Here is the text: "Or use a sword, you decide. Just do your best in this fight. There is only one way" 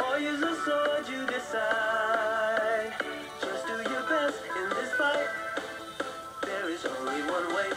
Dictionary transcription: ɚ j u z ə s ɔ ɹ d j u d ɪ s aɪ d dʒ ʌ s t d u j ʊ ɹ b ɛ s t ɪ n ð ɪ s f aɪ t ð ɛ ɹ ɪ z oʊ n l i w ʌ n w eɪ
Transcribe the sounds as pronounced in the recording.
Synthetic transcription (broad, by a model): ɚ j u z ə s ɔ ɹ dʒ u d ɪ s aɪ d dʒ ʌ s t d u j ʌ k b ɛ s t ɪ n ð ɪ s p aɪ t ð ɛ ɹ ɪ z oʊ n l i w ʌ n w eɪ